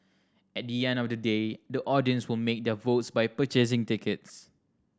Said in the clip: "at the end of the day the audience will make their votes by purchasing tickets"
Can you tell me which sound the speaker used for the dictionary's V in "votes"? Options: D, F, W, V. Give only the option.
V